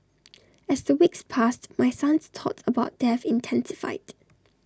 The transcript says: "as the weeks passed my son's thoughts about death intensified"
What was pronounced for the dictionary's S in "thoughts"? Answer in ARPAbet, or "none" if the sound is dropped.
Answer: none